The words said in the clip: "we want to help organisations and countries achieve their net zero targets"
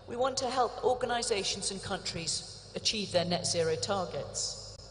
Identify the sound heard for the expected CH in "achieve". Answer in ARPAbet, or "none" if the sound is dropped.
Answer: CH